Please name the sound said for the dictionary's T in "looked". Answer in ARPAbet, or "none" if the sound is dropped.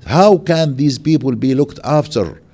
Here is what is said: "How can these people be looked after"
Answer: T